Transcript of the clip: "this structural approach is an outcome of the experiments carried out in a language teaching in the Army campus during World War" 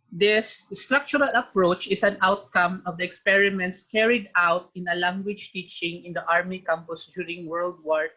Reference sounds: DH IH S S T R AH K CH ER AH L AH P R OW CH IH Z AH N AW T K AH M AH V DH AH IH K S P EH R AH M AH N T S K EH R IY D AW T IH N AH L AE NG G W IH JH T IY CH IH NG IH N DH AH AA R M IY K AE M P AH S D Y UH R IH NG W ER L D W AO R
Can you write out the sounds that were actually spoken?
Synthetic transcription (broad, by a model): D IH S S T R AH K CH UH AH L AH P R OW CH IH S AH N AW T K AH M AH V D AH IH K S P EH R AH M AH N T S K EH R IY D AW T IH N AH L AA NG G W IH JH T IY CH IH NG IH N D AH AA R M IY K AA M P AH S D Y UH R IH NG W ER L D W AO R